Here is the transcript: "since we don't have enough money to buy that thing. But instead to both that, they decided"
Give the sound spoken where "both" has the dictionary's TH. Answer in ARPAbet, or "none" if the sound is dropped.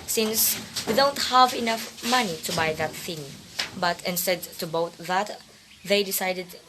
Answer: T